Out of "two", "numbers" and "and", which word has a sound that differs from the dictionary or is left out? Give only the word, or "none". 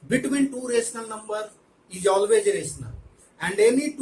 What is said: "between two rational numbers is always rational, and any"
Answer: numbers